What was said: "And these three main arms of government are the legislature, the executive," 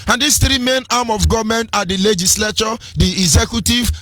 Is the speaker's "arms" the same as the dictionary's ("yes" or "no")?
no